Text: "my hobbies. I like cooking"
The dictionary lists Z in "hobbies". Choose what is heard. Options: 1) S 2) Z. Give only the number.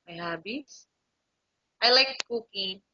1